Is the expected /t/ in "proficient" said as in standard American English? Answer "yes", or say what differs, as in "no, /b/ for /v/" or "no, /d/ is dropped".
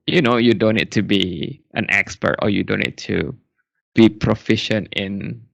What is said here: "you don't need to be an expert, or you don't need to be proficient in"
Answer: yes